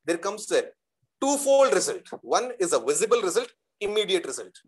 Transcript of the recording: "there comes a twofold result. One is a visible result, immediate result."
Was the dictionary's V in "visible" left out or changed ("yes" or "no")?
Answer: no